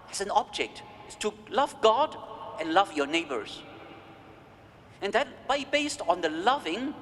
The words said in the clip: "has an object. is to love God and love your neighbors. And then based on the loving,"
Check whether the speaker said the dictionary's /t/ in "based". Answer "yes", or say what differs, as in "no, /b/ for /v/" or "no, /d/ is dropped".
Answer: yes